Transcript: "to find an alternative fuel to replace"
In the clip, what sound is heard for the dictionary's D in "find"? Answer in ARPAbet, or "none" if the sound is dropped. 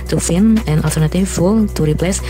none